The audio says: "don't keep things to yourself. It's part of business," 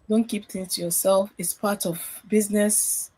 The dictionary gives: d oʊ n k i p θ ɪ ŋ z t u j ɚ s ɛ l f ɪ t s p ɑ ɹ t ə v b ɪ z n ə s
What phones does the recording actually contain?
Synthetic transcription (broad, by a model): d oʊ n k i p t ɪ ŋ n t u j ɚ s ɛ l f ɪ t s p ɑ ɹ t ə v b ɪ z n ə s